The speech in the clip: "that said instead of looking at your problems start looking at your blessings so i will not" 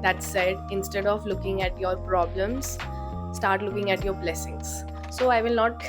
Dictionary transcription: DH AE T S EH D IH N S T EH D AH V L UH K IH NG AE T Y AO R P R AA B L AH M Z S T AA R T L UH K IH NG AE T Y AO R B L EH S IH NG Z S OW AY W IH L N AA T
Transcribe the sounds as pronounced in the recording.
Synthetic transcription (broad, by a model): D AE T S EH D IH N S T EH D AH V L UH K IH NG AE T Y AO R P R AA B L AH M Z S T AA R T L UH K IH NG AE T Y AO R B L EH S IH NG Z S OW AY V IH L N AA T